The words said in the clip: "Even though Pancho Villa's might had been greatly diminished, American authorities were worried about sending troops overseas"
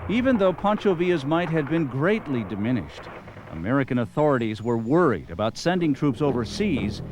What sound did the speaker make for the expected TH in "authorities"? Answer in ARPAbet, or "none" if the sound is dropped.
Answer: TH